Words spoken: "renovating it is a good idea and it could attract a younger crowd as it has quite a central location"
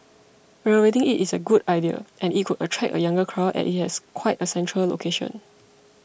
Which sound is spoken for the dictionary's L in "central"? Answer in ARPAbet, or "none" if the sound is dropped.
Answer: L